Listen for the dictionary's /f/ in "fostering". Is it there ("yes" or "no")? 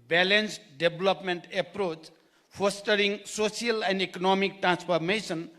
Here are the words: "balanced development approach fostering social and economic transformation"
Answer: no